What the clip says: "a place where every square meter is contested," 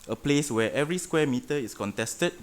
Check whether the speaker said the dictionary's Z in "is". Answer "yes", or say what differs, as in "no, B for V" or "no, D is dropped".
no, S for Z